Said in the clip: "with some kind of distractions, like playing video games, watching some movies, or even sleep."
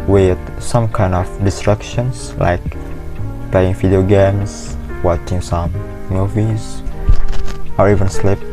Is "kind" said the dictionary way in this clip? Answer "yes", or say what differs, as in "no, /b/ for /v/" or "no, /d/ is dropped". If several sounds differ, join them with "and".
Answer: yes